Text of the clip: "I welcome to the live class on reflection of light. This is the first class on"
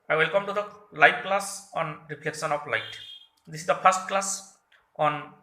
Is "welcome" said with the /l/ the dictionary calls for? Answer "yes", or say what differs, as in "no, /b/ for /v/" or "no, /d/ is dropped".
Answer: yes